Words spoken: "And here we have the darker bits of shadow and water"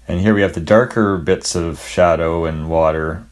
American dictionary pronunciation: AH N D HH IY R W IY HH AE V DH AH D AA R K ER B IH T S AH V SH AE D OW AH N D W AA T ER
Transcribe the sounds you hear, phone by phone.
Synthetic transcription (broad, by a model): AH N HH IY R W IY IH V DH AH D AA R K ER B IH T S AH V SH AE D OW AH N W AA T ER